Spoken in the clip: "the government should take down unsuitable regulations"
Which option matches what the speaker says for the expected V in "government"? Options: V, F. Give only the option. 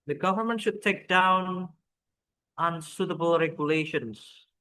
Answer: V